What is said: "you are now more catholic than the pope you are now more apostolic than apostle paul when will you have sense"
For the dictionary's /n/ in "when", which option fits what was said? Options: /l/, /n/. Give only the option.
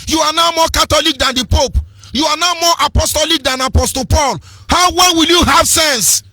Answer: /l/